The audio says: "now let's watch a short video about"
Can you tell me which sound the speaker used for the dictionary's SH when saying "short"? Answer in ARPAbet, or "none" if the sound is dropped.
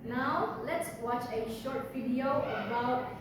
SH